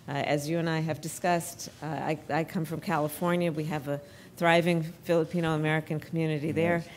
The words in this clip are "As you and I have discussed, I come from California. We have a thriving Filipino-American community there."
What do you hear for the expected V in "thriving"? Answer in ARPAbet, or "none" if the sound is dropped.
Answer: V